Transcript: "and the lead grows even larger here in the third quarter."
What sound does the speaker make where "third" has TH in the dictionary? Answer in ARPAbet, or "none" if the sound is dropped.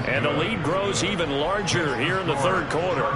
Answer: TH